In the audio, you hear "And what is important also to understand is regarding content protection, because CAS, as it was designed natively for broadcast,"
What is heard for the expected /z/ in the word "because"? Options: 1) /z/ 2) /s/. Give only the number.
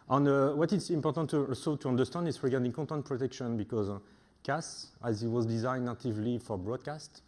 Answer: 1